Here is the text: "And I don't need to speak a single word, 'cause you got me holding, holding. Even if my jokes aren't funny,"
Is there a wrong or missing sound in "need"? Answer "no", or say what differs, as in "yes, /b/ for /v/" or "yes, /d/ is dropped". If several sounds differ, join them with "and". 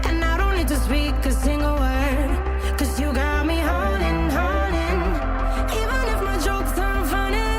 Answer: yes, /l/ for /n/